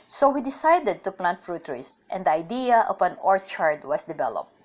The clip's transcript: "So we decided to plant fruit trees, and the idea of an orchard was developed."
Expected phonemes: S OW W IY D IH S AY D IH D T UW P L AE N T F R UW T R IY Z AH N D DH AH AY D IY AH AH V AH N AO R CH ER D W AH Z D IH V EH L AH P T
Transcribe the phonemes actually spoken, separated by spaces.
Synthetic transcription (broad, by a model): S OW W IY D IH S AY D IH D T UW P L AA N T F R UW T R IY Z AH N D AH AY D IY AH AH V AH N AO R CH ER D W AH S D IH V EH L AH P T